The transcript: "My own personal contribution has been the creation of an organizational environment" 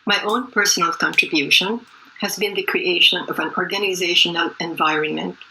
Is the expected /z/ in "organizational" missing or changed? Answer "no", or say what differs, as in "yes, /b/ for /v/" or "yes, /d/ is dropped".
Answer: no